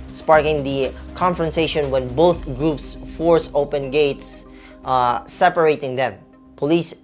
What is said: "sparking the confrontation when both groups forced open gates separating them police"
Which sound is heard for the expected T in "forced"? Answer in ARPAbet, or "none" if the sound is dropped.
none